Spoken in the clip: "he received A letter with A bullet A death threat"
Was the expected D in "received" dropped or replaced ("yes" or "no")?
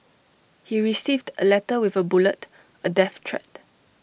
no